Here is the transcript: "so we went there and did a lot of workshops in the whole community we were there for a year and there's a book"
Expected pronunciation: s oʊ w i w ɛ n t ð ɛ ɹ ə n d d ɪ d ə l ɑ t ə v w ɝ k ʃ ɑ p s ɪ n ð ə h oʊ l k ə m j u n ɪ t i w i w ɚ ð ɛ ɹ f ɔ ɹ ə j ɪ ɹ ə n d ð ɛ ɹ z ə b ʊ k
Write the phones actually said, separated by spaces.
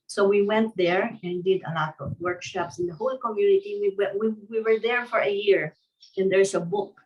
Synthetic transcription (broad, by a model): s oʊ w i w ɛ n t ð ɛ ɹ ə n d d ɪ d ə l ɑ t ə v w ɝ k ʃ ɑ p s ɪ n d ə h oʊ l k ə m j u n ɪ t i w i w ɚ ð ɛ ɹ f ɔ ɹ ə j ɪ ɹ ə n d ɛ ɹ s ə b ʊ k